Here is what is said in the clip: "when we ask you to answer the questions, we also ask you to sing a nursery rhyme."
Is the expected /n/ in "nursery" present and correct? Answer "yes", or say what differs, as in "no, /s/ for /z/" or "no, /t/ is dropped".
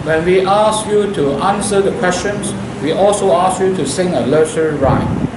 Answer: no, /l/ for /n/